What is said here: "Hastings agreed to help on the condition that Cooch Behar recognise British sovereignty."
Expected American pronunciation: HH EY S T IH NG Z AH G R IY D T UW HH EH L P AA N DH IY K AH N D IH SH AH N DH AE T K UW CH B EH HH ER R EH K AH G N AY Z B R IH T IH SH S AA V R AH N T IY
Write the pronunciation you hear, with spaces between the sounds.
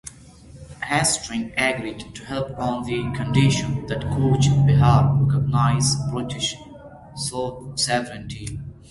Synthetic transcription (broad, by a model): HH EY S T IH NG AH G R IY D T UW HH EH L P AA N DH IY K AH N D IH SH AH N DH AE T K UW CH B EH HH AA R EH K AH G N AY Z B R IH T IH SH S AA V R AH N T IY